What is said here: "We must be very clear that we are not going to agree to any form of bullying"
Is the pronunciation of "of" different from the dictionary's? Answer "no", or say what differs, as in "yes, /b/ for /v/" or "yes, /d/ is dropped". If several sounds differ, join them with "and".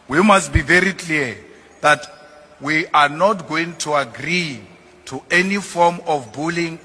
yes, /f/ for /v/